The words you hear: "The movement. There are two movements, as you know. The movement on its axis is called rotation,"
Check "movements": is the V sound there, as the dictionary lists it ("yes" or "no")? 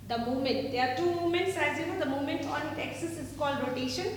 no